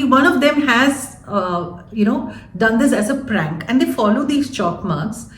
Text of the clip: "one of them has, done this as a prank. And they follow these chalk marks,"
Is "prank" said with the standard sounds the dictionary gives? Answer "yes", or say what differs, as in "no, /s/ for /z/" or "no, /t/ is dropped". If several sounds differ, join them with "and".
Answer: yes